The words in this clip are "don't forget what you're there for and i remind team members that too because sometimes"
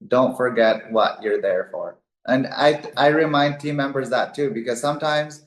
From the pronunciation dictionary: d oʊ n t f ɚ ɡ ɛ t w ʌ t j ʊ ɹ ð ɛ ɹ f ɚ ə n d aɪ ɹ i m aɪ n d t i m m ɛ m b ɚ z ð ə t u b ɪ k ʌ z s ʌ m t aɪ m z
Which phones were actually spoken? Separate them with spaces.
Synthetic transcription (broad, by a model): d oʊ n t f ɚ ɡ ɛ t w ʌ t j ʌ ɹ ð ɛ ɹ f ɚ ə n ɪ aɪ ɹ i m aɪ n d t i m m ɛ m b ɚ z ð ə t u b ɪ k ʌ z s ʌ m t aɪ m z